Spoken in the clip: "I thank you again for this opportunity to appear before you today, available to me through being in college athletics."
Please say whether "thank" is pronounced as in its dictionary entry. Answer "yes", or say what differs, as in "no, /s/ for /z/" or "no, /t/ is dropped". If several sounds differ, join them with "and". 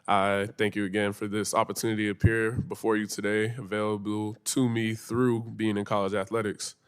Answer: yes